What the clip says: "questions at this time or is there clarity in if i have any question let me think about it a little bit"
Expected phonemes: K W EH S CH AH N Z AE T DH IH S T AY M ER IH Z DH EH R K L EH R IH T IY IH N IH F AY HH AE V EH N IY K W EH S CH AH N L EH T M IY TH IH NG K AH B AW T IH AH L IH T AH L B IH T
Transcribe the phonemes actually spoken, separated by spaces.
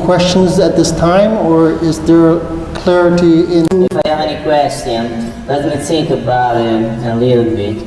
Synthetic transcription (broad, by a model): K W EH S CH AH N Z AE T DH IH S T AY M ER IH Z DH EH R K L EH R IH T IY IH N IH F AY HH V EH N IY K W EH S CH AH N L EH T M IY S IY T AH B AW IH AH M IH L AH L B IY